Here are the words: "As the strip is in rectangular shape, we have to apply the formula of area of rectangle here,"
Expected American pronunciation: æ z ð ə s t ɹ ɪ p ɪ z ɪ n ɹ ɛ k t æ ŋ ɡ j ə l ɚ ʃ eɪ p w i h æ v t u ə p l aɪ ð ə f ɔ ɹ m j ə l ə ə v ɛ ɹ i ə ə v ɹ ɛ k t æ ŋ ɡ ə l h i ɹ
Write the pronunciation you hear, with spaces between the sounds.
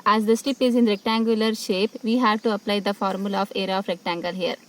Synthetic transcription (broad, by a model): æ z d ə s t ɪ p ɪ z ɪ n ɹ ɛ k t æ ŋ ɡ j ə l ɚ ʃ eɪ p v i h æ v t u ə p l aɪ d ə f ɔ ɹ m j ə l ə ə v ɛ ɹ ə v ɹ ɛ k t æ ŋ ɡ ə l h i ɹ